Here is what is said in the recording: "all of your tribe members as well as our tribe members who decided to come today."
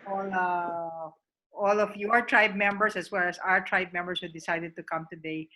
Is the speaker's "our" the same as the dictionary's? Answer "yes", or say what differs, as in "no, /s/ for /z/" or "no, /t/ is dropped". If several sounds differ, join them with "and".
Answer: yes